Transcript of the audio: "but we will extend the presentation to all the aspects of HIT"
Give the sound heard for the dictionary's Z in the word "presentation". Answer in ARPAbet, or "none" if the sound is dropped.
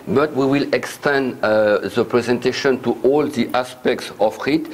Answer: Z